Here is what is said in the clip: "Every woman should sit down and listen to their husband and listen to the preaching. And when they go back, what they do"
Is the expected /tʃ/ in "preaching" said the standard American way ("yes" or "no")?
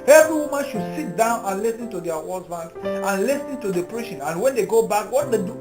no